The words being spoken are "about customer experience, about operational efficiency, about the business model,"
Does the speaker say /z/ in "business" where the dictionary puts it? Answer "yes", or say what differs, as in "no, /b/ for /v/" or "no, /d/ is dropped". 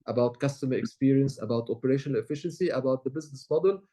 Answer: yes